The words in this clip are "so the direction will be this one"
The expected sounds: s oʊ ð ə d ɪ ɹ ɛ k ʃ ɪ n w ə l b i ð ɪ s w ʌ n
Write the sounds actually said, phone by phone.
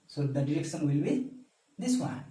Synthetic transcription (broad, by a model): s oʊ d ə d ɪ ɹ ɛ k s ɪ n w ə l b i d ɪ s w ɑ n